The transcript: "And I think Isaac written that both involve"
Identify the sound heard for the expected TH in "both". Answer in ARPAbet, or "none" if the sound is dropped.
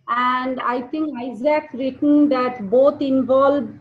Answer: T